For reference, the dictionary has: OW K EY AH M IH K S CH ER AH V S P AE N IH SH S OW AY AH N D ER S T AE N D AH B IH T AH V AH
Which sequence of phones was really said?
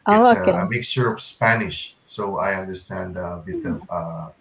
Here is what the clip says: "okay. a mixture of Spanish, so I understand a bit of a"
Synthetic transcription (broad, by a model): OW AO AH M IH K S SH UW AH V S P AE N IH SH S OW AY AH N D ER S T AE N D AH B IH T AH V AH